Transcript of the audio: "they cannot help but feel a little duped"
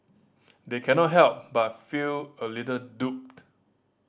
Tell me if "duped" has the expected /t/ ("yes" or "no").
yes